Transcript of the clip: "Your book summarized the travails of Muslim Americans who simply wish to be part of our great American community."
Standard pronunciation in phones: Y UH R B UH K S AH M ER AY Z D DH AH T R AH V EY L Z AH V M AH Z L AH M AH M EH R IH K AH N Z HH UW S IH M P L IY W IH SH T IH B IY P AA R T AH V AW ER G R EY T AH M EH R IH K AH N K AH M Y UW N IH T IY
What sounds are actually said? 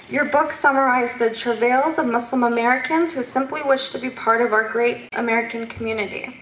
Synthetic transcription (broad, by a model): Y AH R B UH K S AH M ER AY Z DH AH T R AH V EY L Z AH V M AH S L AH M AH M EH R IH K AH N Z HH UW S IH M P L IY W IH SH T IH B IY P AA R T AH V AW ER G R EY T AH M EH R IH K AH N K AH M Y UW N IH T IY